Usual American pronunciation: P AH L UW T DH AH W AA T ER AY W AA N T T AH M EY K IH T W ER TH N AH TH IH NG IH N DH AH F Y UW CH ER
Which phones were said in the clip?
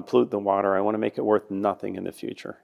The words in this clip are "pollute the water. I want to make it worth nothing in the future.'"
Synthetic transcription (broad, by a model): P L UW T DH AH W AA T ER AY W AA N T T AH M EY K IH T W ER TH N AH TH IH NG IH N DH AH F Y UW CH ER